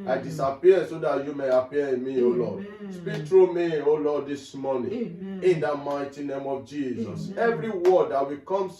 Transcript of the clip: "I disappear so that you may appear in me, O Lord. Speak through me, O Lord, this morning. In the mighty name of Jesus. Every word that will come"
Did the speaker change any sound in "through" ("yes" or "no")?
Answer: yes